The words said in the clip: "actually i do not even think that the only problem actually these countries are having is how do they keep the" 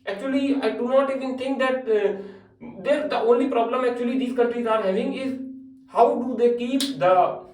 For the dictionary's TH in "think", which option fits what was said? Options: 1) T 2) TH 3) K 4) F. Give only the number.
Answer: 1